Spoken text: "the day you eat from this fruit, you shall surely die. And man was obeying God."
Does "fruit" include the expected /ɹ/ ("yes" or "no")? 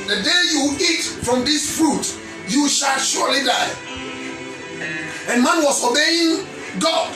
yes